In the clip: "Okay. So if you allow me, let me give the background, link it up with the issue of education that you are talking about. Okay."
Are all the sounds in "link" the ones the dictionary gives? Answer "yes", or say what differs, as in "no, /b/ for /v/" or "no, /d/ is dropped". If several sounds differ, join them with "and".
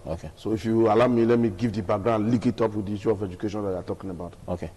no, /ŋ/ is dropped